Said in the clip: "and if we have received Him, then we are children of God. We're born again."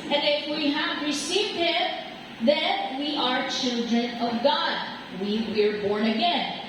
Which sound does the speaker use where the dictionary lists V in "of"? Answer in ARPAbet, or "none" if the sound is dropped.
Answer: V